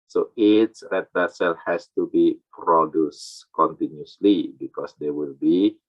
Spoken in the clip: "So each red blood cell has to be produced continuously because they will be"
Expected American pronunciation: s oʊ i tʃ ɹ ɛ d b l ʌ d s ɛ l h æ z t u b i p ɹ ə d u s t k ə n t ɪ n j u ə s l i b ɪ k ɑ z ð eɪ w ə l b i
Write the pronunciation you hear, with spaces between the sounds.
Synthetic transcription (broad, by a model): s oʊ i s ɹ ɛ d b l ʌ s ɛ l h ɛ s t u b i p ɹ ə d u s k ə n t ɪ n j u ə s l i b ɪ k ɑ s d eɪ w ə l b i